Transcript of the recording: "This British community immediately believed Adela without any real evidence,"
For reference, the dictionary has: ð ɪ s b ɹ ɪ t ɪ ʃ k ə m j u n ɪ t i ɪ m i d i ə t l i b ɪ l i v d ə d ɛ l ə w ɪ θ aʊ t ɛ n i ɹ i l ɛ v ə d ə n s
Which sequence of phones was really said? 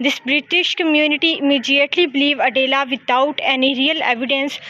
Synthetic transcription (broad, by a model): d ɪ s b ɹ ɪ t ɪ ʃ k ə m j u n ɪ t i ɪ m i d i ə t l i b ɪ l i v ə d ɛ l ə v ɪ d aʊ t ɛ n i ɹ i l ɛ v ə d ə n s